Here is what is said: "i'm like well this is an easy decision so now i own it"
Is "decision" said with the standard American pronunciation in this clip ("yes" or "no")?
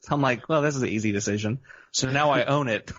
yes